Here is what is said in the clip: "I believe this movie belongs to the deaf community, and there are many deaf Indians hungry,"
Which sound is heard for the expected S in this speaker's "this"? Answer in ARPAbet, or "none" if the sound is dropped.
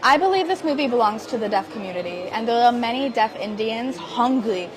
S